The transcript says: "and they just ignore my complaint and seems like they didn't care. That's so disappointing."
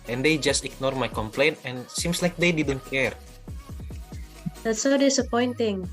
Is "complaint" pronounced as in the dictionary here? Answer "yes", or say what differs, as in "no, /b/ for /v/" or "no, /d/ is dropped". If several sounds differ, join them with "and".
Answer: yes